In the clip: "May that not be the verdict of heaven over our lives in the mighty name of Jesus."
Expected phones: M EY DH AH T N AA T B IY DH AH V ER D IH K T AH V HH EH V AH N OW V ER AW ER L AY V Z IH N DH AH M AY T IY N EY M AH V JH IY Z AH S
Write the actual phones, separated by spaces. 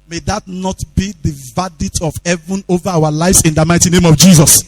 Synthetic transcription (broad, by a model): M EY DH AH T N AA T B IY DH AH V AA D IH T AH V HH EH V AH N OW V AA AW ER L AY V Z IH N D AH M AY T IY N EY M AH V JH IY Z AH S